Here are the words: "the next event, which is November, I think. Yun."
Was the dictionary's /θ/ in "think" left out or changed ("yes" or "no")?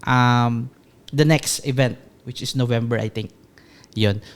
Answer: yes